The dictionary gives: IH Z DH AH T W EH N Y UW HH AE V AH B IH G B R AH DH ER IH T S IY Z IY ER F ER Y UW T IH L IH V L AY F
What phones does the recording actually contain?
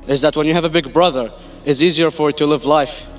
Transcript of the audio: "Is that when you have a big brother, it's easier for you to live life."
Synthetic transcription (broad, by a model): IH Z DH AH T W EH N Y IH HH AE V AH B IH G B R AH DH ER IH T S IY Z IY ER F ER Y T IH L IH V L AY F